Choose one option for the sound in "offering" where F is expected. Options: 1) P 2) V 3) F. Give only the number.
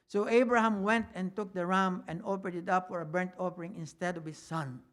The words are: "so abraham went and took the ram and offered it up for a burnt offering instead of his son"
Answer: 1